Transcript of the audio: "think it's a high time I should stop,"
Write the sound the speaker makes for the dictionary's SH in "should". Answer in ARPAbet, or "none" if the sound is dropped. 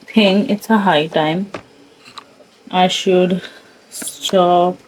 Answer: SH